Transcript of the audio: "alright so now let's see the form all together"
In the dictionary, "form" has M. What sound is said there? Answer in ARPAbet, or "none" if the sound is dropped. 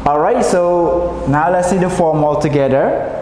M